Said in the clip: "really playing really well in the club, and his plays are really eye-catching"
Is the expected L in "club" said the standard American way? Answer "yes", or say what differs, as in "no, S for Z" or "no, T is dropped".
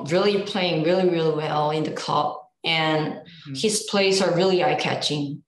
no, L is dropped